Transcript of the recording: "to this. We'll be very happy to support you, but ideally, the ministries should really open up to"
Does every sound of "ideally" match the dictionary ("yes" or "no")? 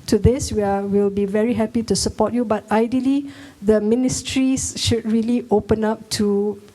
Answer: yes